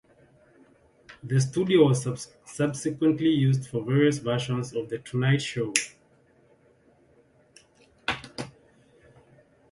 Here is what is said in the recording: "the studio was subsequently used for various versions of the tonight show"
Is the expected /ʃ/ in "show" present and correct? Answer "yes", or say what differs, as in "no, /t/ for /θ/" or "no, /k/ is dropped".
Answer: yes